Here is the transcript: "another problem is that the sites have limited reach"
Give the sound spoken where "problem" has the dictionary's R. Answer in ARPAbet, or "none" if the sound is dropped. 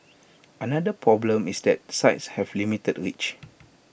R